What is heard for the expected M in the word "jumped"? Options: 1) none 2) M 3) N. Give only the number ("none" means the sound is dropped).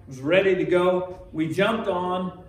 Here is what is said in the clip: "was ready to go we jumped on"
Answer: 2